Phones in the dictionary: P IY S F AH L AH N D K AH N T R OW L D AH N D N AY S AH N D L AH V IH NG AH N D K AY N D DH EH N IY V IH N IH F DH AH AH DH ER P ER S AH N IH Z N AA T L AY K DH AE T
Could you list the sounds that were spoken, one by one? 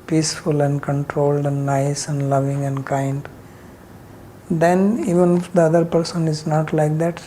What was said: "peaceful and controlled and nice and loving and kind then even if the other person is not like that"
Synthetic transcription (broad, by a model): P IY S F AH L AH N D K AH N T R OW L D AH N D N AY S AH N D L AH V IH NG AH N D K AY N D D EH N IY V IH N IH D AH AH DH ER P ER S AH N IH Z N AA T L AY K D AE T